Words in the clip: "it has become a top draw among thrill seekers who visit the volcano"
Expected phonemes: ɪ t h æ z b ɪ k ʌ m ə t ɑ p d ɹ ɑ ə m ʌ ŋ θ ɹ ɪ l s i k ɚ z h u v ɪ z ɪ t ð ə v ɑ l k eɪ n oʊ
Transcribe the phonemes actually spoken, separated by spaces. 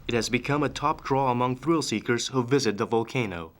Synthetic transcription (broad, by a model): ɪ t h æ z b ɪ k ʌ m ə t ɑ p d ɹ ɑ ə m ʌ ŋ θ ɹ ɪ l s i k ɚ z h u v ɪ z ɪ t ð ə v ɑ l k eɪ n oʊ